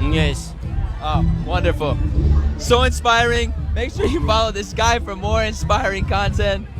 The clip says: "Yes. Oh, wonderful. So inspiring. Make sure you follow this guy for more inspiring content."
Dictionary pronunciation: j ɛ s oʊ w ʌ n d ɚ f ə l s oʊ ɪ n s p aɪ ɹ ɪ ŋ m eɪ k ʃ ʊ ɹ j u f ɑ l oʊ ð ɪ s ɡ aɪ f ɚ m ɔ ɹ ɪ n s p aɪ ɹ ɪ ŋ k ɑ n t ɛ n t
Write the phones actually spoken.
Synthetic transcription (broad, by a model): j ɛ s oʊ w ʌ n d ɚ f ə l s oʊ ɪ n s p aɪ ɹ ɪ ŋ m eɪ k s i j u f ɑ l oʊ ð ɪ s ɡ aɪ f ɚ m ɔ ɹ ɪ n s p aɪ ɹ ɪ ŋ k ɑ n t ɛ n t